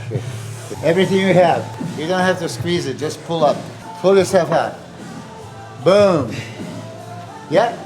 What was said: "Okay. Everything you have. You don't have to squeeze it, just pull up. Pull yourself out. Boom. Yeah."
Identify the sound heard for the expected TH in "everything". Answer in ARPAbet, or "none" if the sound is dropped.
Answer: TH